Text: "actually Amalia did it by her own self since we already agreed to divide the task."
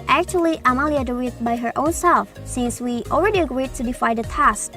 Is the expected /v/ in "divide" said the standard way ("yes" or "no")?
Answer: no